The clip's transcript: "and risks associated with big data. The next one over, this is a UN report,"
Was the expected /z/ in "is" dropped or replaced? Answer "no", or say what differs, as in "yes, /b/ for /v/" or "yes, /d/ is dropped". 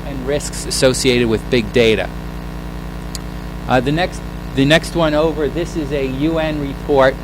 no